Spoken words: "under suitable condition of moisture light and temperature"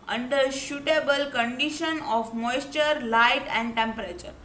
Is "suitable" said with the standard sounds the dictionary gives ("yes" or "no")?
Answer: no